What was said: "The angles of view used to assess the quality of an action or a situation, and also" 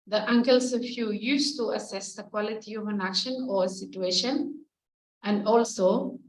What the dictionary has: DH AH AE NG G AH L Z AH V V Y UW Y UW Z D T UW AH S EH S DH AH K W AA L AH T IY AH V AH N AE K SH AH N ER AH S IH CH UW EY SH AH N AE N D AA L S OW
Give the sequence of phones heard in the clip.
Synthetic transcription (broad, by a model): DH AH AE NG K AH L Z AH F Y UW Y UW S T UW AH S EH S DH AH K W AA L AH T IY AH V AH N AE K SH AH N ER AH S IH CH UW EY SH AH N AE N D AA L S OW